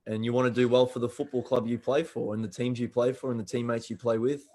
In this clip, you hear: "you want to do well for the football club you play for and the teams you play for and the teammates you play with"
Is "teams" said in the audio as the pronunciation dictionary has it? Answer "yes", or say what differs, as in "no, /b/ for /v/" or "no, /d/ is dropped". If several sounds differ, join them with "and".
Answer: yes